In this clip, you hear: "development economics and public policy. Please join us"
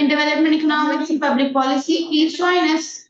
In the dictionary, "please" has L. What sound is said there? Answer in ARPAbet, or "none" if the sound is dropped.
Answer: none